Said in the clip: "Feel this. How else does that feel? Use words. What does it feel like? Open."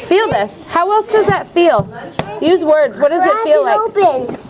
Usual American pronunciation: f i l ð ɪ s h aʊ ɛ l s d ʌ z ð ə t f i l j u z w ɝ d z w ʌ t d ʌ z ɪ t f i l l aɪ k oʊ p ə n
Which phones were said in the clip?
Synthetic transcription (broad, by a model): f i l ð ɪ s h aʊ ɛ l s d ʌ z ð ə t f i l j u z w ɝ d z w ʌ t d ʌ z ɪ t f i l l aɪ oʊ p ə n